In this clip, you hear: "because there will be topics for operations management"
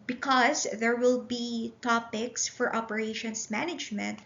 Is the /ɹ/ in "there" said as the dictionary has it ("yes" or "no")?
yes